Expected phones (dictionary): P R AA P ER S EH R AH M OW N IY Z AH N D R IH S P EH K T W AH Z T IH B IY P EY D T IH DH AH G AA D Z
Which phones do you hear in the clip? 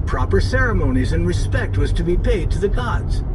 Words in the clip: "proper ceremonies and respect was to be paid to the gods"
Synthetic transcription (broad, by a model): P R AA P ER S EH R AH M OW N IY Z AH N R IH S P EH K T W AH Z T IH B IY P EY D T IH DH AH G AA D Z